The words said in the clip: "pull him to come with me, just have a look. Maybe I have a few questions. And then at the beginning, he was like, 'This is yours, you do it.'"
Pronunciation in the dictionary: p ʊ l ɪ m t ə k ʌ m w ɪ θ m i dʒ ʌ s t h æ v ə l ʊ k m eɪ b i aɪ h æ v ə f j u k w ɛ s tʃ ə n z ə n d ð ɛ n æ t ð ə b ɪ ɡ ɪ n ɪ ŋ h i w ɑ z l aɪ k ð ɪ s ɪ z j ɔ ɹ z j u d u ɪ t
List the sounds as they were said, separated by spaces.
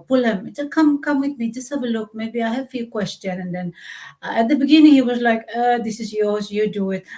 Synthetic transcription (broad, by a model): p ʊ l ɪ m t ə k ʌ m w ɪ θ m i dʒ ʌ s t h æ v ə l ʊ k m eɪ b i aɪ h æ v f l k w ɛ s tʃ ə n ə n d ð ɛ n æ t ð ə b ɪ ɡ ɪ n ɪ ŋ h i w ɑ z l aɪ k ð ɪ s ɪ z j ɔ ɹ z j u d u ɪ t